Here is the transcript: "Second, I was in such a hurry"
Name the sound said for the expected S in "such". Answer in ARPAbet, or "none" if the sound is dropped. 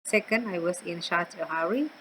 SH